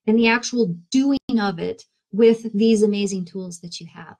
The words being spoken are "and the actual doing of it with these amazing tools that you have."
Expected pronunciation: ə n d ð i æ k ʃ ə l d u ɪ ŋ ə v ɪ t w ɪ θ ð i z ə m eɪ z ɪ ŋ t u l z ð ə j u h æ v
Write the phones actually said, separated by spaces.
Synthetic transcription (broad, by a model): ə n ð i æ k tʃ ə l d u ɪ ŋ ə v ɪ t w ɪ ð i z ə m eɪ z ɪ ŋ t u l z ð ə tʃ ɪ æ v